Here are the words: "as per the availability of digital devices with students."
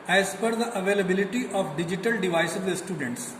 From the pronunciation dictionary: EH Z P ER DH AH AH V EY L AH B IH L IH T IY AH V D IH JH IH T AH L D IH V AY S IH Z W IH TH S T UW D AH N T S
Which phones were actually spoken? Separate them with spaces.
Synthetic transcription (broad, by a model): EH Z F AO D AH AH V EY L AH B IH L IH T IY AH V D IH JH IH T AH L D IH V AY S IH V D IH S T UW D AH N T S